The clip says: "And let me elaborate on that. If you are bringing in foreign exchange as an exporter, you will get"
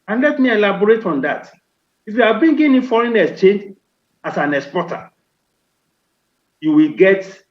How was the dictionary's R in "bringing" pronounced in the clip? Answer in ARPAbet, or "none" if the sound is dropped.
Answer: none